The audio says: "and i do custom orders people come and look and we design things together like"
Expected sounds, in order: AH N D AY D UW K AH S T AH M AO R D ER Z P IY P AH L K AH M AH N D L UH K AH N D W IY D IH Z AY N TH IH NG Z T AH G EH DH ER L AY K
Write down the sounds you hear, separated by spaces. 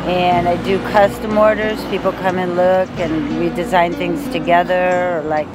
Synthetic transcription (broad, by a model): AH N AY D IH K AH S T AH M AO R D ER Z P IY P L K AH M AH N L UH K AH N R IY D IH Z AY N TH IH NG Z T AH G EH DH ER L AY K